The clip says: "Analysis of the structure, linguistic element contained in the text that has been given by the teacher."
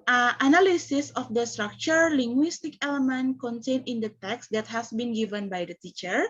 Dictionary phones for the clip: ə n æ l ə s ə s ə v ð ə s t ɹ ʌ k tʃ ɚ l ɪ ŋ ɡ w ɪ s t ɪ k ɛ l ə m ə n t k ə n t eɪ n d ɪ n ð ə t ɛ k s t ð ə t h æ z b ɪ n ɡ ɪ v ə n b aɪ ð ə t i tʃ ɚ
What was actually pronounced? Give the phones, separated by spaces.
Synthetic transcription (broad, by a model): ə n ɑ l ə s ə s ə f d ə s t ɹ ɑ k tʃ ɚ l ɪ ŋ ɡ w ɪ s t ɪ k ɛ l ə m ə n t k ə n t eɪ n ɪ n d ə t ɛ k s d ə t h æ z b ɪ n ɡ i v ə n b aɪ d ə t i tʃ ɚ